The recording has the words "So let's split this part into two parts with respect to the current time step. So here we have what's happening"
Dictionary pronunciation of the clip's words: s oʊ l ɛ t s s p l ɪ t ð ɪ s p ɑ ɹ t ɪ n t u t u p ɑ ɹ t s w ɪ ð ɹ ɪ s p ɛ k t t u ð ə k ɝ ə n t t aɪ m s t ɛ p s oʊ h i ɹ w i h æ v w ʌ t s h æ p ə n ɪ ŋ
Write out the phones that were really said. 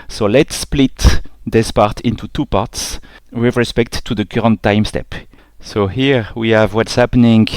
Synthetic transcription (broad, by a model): s oʊ l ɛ t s s p l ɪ t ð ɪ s p ɑ ɹ t ɪ n t u t u p ɑ ɹ t s w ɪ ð ɹ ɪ s p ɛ k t t u ð ə k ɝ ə n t t aɪ m s t ɛ p s oʊ h i ɹ w i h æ v w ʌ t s h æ p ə n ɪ ŋ